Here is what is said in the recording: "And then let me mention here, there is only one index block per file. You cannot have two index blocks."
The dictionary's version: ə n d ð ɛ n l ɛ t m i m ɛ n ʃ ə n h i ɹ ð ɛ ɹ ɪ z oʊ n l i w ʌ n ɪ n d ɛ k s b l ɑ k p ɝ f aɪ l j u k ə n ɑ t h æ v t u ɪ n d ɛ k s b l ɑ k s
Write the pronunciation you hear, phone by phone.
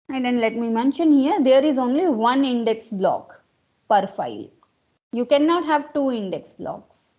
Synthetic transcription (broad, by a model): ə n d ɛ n l ɛ t m i m ɛ n ʃ ə n h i ɹ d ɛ ɹ ɪ z oʊ n l i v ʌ n ɪ n d ɛ k s b l ɑ k p ɝ f aɪ l j u k ə n ɑ t h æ v t u ɪ n d ɛ k s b l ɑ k s